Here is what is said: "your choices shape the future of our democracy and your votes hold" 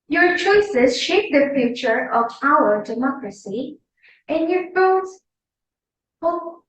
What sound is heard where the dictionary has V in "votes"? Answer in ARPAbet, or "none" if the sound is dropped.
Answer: F